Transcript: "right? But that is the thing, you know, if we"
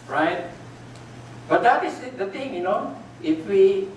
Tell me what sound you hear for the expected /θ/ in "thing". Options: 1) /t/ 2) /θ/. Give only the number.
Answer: 1